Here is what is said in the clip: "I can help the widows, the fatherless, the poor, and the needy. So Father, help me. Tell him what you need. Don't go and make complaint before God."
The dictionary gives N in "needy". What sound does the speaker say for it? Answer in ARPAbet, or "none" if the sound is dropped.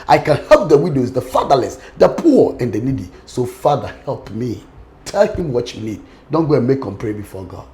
N